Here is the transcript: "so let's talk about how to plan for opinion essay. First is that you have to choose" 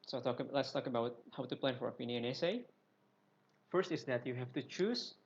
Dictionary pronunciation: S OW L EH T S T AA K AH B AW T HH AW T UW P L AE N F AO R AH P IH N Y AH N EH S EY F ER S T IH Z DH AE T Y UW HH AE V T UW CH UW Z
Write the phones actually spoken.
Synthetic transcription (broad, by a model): S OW L EH T S T AA K AH B AW T HH AW T UW P L AE N F AO R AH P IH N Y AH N EH S EY F ER S T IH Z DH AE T Y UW HH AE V T UW CH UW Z